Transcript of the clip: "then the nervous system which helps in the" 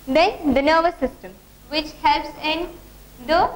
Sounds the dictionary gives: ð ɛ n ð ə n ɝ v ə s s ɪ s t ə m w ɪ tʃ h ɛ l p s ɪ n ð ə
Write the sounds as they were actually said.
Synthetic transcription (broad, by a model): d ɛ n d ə n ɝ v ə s s ɪ s t ə m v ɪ tʃ h ɛ l p s ɪ n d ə